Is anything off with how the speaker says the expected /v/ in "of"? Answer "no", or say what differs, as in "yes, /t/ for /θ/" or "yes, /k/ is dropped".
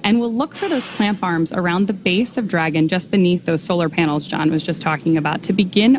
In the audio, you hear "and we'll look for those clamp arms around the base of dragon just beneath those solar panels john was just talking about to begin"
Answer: no